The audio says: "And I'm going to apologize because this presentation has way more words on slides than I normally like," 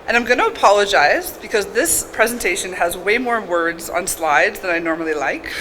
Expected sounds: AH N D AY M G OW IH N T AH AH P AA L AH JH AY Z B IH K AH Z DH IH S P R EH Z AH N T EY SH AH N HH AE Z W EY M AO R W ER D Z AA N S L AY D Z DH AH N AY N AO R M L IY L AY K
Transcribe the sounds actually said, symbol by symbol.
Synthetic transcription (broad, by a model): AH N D AY M G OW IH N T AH AH P AA L AH JH AY Z B IH K AH Z DH IH S P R EH Z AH N T EY SH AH N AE Z W EY M AO R W ER D Z N S L AY D Z DH AH N AY N AO R M L IY L AY K